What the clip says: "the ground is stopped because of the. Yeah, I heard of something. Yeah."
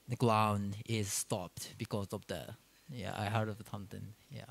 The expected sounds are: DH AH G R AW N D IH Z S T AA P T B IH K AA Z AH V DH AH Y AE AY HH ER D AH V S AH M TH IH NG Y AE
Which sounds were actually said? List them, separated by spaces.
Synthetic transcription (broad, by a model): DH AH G L AW N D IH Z S T AA P T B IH K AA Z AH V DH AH Y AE AY HH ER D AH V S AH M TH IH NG Y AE